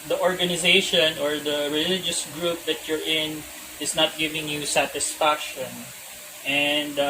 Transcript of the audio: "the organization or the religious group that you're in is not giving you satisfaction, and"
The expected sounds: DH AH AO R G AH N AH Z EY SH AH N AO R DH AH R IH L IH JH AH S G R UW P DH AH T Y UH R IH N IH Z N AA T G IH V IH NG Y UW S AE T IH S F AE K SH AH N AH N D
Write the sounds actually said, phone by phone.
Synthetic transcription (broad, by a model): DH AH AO R G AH N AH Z EY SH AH N AO R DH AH R IH L IH JH AH S G R UW P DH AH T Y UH R IH N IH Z N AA T G IH V IH NG Y UW S AE T IH S F AE K SH AH N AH N D